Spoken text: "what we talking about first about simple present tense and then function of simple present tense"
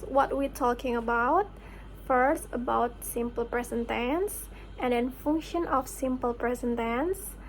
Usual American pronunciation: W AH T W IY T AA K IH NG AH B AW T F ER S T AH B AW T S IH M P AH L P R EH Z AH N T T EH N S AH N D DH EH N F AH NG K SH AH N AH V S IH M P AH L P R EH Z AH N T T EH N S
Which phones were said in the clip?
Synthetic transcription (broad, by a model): W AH T W IY T AA K IH NG AH B AW T F ER S T AH B AW T S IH M P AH L P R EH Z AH N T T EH N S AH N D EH N F AH NG K SH AH N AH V S IH M P AH L P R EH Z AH N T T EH N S